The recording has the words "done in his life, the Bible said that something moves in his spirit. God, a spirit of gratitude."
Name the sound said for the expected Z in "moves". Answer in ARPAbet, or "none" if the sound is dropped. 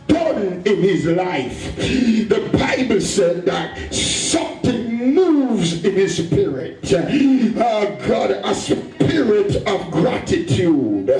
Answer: Z